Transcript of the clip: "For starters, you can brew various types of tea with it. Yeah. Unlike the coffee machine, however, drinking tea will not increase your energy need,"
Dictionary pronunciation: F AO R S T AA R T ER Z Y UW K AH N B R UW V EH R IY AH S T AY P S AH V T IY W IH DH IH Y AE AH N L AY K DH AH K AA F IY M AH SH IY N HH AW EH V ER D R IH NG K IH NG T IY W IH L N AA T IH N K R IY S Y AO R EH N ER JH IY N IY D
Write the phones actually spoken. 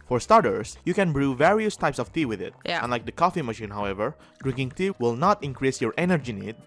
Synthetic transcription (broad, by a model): F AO R S T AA R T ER S Y UW K AH N B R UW V EH R IY AH S T AY P S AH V T IY W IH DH IH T AH N L AY K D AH K AA F IY M AH SH IY N HH AW EH V ER D R IH NG K IH NG T IY W IH L N AA T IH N K R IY S Y AO R EH N ER JH IY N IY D